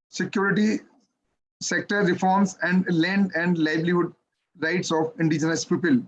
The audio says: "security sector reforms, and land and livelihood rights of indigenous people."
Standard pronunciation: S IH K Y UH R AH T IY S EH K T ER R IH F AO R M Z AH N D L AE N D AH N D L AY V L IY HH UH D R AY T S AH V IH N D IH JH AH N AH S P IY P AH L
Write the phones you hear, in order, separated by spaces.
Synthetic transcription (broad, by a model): S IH K Y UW R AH T IY S EH K T ER R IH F AO R M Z AH N D L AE N D AH N D L AY B L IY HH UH D R AY T S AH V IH N D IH JH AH N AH S P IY P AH L